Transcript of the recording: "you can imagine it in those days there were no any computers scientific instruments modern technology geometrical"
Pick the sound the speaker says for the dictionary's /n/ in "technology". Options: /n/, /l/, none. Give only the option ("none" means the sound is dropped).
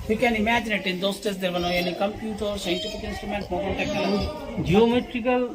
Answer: none